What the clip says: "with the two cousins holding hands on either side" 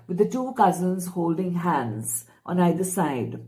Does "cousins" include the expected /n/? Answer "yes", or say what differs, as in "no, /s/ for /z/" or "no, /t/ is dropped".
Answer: yes